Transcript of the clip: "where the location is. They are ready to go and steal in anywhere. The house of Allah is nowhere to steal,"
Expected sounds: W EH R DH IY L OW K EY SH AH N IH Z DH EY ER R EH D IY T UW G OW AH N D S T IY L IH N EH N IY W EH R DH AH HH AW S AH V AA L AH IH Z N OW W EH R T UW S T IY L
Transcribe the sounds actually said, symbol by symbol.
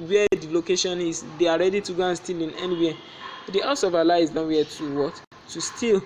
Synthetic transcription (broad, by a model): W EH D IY L OW K EY SH AH N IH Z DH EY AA R EH D IY T UW G OW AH N S T IY L IH N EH N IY W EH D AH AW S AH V AA L AH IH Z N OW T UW W T UW S T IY L